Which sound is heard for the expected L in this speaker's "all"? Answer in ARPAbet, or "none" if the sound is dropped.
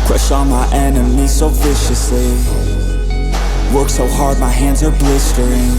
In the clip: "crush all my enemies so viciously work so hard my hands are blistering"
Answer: N